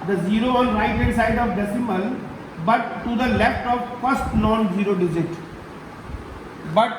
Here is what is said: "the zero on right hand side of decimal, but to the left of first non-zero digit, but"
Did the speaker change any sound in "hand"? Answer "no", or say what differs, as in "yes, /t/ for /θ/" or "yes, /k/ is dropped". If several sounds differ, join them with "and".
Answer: yes, /n/ is dropped